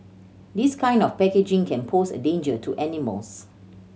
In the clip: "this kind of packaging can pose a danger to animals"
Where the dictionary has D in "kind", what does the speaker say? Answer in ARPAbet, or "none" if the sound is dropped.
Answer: D